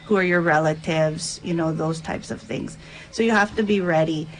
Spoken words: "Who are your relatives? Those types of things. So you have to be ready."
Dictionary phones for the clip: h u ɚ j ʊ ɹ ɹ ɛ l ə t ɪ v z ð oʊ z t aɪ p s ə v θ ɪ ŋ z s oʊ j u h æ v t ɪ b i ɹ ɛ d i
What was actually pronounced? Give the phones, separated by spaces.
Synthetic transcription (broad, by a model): h u ɚ j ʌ ɹ ɹ ɛ l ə t ɪ v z ð oʊ z t aɪ p s ə v θ ɪ ŋ z s oʊ j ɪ h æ f t ɪ b i ɹ ɛ d i